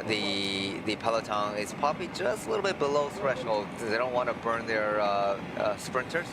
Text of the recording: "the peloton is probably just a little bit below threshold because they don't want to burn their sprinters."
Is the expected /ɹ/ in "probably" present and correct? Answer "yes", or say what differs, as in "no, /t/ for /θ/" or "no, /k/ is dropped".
no, /ɹ/ is dropped